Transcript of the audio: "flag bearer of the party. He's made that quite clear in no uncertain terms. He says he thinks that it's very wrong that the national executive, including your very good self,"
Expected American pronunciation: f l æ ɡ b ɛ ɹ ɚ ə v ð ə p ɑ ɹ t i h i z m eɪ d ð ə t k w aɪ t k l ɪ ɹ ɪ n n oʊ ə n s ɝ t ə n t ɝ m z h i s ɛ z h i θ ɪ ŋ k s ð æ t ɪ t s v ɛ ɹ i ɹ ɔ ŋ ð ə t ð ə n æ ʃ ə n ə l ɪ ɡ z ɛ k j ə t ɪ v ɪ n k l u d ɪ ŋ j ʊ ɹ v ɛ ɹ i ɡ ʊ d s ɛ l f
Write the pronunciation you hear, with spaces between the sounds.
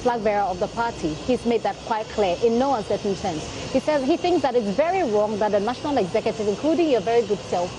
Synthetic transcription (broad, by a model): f l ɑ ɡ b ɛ ɹ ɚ ə v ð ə p ɑ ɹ t i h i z m eɪ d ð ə t k w aɪ t k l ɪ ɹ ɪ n n oʊ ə n s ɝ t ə n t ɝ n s h i s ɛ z h i θ ɪ ŋ k s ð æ t ɪ t s v ɛ ɹ i ɹ ɔ ŋ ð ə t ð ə n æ ʃ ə n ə l ɪ ɡ z ɛ k j ə t ɪ v ɪ n k l u d ɪ ŋ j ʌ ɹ v ɛ ɹ i ɡ ʊ d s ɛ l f